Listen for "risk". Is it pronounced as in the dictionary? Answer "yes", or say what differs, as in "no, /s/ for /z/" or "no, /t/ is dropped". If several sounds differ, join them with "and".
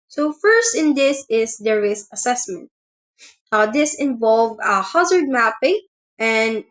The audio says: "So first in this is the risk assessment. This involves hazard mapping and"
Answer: no, /k/ is dropped